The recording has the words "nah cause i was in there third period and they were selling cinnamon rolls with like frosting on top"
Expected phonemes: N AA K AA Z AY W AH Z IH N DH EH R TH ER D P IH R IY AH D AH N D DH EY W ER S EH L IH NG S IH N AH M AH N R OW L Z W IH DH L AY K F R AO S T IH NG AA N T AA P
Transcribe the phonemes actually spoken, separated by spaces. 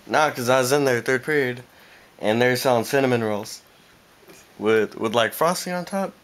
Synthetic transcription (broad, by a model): N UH K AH Z AY W AH Z IH N DH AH R TH ER D P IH R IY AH D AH N DH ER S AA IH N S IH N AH M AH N R L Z W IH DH L AY K F R AO S T IH NG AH N T AA P